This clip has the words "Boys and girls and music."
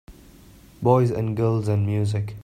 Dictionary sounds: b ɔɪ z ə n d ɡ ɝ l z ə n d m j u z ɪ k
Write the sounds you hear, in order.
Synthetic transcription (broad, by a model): b ɔɪ z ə n ɡ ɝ l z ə n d m j u z ɪ k